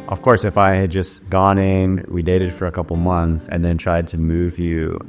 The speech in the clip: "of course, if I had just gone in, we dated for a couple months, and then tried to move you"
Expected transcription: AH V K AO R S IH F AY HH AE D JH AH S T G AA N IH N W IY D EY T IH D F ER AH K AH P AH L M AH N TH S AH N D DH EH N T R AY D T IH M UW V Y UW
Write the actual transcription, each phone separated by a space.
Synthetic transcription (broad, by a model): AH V K AO R S IH F AY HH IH D JH AH S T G AA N IH N W IY D EY T IH D F ER AH K AH P L M AH N TH S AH N DH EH N T R AY D T IH M UW V Y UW